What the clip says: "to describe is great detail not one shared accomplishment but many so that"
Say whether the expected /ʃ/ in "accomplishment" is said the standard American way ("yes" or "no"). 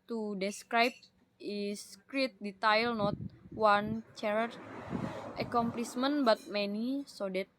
no